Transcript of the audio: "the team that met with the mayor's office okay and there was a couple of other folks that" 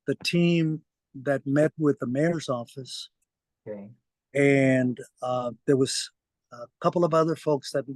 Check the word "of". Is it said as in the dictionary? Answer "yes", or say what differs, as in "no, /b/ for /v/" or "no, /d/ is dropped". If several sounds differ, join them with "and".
yes